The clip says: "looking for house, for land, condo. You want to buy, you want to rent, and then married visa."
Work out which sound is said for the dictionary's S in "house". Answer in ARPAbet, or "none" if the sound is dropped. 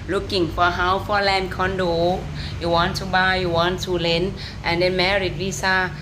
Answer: none